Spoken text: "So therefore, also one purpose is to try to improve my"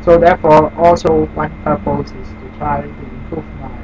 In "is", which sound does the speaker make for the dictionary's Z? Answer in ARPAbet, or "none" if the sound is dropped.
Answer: S